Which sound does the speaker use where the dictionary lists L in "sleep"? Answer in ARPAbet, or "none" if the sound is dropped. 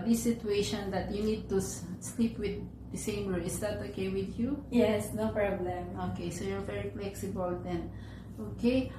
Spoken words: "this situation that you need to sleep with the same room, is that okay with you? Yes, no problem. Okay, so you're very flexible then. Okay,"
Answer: L